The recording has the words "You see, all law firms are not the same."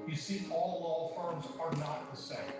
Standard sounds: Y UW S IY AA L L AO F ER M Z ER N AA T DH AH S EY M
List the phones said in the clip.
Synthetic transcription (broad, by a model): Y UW S IY AA L L AO F ER M Z ER N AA T DH AH S EY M